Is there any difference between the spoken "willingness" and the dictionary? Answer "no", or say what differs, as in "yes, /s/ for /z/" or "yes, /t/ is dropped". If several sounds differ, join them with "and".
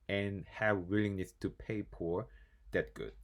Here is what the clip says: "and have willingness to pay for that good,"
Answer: no